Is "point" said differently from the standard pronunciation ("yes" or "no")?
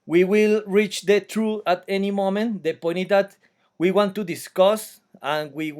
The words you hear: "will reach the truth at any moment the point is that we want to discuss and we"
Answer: yes